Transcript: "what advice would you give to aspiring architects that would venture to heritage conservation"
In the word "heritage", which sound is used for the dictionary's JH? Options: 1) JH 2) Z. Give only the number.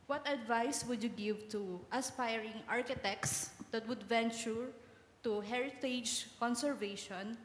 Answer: 1